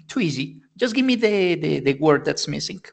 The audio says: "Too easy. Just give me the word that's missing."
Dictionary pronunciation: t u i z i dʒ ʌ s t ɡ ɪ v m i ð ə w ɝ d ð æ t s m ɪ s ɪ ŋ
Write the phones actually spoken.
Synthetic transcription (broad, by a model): t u i z i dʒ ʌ s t ɡ ɪ v m i ð ə w ɝ d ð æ t s m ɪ s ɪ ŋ